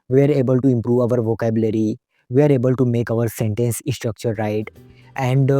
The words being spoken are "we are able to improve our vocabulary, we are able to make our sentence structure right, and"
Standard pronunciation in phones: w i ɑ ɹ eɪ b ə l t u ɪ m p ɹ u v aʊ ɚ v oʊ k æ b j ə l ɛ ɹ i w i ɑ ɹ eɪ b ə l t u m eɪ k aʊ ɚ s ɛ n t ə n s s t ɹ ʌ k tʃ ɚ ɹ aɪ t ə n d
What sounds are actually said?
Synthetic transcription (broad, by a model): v i ɑ ɹ eɪ b ə l t u ɪ m p ɹ u v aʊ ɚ v oʊ k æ b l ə ɹ i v i ɑ ɹ eɪ b ə l t u m eɪ k aʊ ɚ s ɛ n t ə n s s t ɹ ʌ k tʃ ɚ ɹ aɪ t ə n d